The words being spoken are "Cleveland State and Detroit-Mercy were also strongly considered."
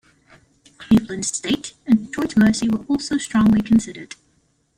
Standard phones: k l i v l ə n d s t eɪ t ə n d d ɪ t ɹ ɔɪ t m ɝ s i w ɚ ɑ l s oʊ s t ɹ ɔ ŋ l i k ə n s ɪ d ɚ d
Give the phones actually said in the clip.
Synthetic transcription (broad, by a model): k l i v l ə n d s t eɪ t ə n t ɔɪ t m ɝ s i w ɚ ɑ l s oʊ s t ɹ ɔ ŋ l i k ə n s ɪ d ɚ d